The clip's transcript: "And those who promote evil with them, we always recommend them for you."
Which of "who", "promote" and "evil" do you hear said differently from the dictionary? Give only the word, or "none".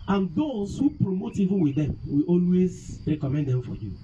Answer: evil